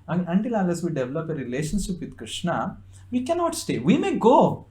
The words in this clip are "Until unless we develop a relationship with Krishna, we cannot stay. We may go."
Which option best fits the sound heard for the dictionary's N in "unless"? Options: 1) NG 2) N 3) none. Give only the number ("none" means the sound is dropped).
3